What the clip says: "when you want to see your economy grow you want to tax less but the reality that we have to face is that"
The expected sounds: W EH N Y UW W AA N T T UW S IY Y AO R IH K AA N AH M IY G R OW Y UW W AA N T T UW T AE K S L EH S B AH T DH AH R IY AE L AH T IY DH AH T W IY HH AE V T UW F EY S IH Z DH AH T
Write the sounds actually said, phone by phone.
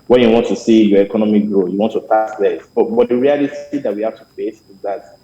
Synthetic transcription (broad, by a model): W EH N Y UW W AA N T T UW S IY Y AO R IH K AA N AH M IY G R OW Y UW W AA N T T UW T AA S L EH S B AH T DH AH R IY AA L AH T IY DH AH T W IY HH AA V T UW F EY S IH Z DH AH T